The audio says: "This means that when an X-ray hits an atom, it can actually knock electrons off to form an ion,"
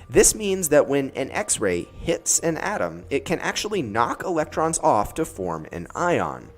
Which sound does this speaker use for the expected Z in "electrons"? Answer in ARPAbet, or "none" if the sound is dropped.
Z